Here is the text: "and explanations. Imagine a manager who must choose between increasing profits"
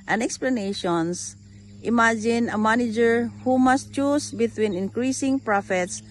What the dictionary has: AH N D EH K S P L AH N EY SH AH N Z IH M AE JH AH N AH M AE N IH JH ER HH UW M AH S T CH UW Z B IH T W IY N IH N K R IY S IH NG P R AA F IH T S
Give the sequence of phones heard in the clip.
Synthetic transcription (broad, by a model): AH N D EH K S P L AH N EY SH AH N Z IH M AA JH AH N AH M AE N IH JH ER HH UW M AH S T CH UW S B IH T W IY N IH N K R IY S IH NG P R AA F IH T S